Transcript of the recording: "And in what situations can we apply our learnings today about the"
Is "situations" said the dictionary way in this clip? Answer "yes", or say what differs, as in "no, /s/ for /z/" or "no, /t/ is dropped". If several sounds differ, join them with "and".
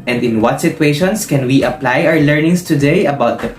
no, /s/ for /z/